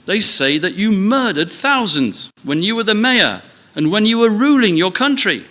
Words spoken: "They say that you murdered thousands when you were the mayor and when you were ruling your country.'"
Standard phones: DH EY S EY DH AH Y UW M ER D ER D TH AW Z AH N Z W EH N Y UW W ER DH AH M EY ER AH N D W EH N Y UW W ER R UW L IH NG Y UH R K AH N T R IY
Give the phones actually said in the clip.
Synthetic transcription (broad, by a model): DH EY S EY DH AH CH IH M ER D ER D TH AW Z AH N Z W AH N Y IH W ER DH AH M EY ER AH N W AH N Y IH W ER R UW L IH NG Y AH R K AH N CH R IY